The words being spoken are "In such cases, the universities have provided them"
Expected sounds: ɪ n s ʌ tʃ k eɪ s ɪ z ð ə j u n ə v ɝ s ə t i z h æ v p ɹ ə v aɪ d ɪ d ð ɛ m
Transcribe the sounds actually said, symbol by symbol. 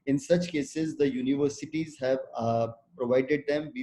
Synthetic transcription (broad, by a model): ɪ n s ʌ tʃ k eɪ s ɪ z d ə j u n ə v ɝ s ə t i z h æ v p ɹ ə v aɪ d ɪ d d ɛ m